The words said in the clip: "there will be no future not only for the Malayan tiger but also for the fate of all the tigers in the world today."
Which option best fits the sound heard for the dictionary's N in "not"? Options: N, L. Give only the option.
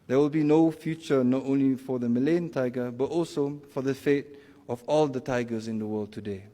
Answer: N